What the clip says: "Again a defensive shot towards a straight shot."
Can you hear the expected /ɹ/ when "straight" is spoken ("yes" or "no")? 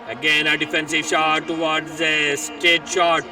no